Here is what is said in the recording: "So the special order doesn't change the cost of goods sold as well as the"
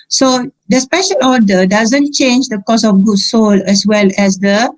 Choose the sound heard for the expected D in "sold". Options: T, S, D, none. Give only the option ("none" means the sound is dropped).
none